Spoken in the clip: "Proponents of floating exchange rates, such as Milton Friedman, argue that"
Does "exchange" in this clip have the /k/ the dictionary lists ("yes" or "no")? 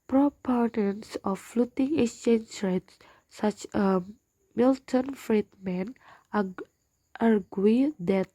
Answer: no